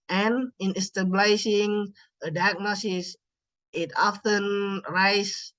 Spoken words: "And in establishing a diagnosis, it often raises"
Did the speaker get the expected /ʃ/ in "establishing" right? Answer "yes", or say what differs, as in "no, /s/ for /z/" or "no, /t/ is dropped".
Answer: no, /s/ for /ʃ/